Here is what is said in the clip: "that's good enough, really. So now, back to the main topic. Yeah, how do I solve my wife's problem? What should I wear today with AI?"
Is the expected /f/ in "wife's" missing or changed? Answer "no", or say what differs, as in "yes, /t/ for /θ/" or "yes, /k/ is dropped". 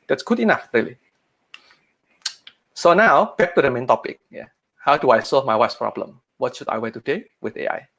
yes, /f/ is dropped